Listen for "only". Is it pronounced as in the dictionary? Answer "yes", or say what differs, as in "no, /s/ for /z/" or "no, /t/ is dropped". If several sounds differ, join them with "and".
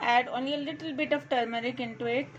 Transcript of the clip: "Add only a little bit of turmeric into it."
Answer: no, /l/ is dropped